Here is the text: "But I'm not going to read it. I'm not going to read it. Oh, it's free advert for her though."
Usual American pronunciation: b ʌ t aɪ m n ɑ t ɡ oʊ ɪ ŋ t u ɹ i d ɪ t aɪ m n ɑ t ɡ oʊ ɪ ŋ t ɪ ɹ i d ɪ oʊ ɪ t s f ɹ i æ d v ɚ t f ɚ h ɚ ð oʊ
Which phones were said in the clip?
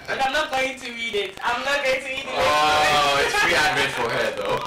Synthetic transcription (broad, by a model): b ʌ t aɪ m n ɑ t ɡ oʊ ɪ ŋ t u ɹ i d ɪ t aɪ m n ɑ t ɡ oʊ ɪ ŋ t ɪ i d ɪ oʊ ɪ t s p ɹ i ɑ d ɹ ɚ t f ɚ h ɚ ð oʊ